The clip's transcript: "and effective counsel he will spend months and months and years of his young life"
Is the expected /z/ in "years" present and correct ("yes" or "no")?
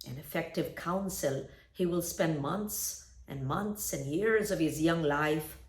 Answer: yes